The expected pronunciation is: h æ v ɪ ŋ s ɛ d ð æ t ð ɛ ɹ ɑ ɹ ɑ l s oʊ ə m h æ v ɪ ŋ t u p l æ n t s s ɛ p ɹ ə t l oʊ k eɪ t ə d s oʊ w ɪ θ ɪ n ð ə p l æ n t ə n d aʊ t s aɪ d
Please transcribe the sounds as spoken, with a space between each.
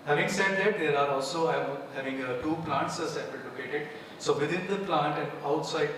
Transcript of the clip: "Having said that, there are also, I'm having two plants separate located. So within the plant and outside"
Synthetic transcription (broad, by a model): h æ v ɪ ŋ s ɛ d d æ t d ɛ ɹ ɑ ɹ ɑ l s oʊ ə h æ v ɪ ŋ t u p l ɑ n t s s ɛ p ə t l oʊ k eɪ t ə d s oʊ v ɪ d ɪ n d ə p l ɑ n t ə n d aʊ t s aɪ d